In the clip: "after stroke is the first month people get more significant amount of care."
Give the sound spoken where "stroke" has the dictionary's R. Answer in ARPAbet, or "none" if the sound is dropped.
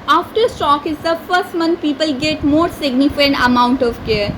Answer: none